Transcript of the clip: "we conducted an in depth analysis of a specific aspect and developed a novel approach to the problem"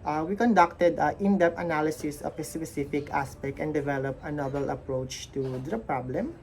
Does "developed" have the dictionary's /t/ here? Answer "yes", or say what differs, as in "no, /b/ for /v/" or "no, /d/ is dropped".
no, /t/ is dropped